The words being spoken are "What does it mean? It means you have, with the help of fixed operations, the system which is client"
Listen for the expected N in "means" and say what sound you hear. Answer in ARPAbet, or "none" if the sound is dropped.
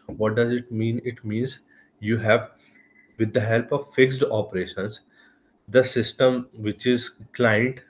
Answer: N